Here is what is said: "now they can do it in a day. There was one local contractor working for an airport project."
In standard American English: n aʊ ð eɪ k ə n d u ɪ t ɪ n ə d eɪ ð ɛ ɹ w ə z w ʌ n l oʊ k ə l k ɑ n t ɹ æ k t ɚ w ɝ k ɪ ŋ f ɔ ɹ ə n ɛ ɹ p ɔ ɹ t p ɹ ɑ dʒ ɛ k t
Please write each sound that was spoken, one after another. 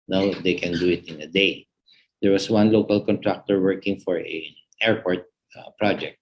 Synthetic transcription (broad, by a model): n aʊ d eɪ k ə n d u ɪ t ɪ n ə d eɪ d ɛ ɹ w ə s w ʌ n l oʊ k ə l k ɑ n t ɹ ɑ k t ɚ w ɝ k ɪ ŋ f ɔ ɹ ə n ɛ ɹ p ɔ ɹ t p ɹ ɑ dʒ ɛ k t